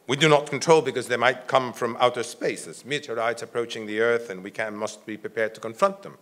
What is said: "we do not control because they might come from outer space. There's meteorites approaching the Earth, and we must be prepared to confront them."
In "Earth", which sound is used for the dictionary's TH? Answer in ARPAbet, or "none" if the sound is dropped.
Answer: TH